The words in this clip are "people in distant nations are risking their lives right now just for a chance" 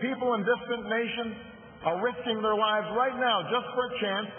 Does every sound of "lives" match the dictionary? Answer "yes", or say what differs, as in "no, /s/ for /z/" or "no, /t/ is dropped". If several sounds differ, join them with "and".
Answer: yes